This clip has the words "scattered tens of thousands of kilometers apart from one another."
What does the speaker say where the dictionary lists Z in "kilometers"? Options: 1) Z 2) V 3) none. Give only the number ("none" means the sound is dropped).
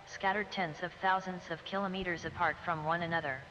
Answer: 1